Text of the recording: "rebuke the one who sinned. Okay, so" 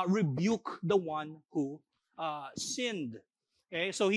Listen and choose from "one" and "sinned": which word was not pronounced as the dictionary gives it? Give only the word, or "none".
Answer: none